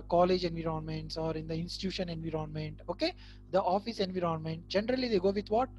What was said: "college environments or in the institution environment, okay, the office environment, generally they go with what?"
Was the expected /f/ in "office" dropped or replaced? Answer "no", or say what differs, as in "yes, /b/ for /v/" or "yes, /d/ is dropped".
no